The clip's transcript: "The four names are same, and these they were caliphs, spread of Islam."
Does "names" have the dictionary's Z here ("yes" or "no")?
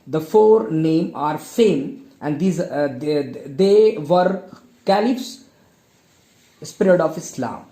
no